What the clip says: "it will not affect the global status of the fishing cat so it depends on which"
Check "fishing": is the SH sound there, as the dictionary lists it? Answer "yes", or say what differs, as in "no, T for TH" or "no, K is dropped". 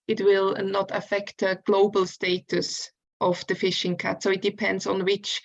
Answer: yes